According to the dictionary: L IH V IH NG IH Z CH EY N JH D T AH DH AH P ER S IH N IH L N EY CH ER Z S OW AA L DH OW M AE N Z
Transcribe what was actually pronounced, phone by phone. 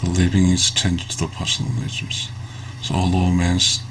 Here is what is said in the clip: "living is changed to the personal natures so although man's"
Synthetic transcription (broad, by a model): L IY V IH NG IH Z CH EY N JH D T AH DH AH P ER S N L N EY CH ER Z S OW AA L OW M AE N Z